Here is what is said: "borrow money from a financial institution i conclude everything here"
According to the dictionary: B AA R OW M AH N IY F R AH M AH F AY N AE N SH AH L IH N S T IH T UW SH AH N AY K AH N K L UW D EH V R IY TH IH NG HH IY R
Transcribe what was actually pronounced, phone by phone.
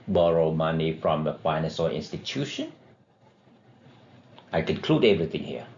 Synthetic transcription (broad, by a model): B AA R OW M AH N IY F R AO M AH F AY N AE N S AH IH N S T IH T UW SH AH N AY K AH N K L UW D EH V R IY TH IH NG HH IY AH